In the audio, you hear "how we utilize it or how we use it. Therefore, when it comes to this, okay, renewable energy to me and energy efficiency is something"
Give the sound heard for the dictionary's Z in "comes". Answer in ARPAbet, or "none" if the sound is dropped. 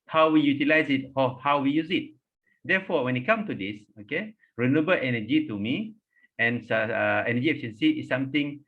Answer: none